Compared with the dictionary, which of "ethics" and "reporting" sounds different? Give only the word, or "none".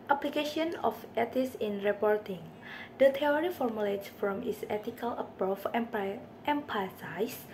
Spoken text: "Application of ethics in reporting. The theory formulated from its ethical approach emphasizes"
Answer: ethics